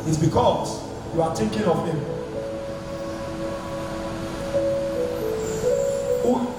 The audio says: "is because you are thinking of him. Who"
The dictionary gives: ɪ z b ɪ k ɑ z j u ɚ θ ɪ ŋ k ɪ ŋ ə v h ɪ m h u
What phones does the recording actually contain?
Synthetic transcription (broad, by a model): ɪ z b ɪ k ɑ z j u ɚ t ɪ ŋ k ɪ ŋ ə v h ɪ m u